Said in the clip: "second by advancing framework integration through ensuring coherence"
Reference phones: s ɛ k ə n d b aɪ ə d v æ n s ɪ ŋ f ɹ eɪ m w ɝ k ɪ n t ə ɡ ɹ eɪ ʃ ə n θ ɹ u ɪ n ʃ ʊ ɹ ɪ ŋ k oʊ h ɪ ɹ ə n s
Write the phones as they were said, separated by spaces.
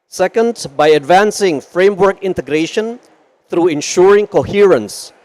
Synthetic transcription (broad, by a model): s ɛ k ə n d b aɪ ə d v æ n s ɪ ŋ f ɹ eɪ m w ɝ k ɪ n t ə ɡ ɹ eɪ ʃ ə n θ ɹ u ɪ n ʃ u ɹ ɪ ŋ k oʊ h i ɹ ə n s